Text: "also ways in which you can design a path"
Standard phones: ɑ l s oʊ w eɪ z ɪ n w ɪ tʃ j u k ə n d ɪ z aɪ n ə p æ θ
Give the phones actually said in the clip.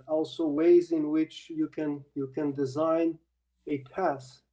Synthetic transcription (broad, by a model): ɑ l s oʊ w eɪ z ɪ n w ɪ tʃ j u k ə n d ɪ z aɪ n ə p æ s